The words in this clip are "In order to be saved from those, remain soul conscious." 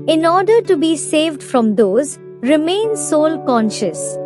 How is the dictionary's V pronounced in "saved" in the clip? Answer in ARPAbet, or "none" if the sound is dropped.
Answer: V